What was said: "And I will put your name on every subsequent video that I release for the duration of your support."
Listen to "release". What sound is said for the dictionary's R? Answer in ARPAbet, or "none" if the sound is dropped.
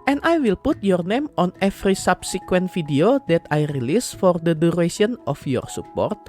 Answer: R